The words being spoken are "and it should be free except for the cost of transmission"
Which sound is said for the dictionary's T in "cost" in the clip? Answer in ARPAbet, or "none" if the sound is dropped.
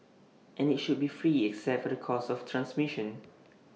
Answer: none